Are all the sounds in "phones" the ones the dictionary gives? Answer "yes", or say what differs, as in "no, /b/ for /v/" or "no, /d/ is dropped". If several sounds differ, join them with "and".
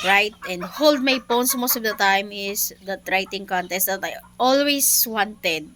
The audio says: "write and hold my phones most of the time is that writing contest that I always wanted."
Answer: no, /p/ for /f/ and /s/ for /z/